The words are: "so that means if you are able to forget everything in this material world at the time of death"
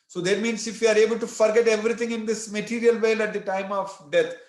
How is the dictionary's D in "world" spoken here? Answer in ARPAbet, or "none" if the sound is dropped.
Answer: none